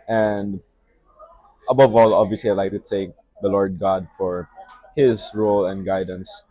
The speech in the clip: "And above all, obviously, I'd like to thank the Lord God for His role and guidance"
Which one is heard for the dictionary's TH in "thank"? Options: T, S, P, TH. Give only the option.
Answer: T